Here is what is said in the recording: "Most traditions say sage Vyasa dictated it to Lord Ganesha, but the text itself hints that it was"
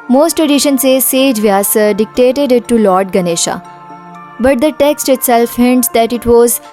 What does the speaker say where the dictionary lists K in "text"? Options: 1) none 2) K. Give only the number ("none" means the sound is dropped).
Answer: 2